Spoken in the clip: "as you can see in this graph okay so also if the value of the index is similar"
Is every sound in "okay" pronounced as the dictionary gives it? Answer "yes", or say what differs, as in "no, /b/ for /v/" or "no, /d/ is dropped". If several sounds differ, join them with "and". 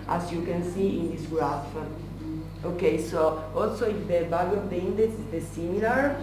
yes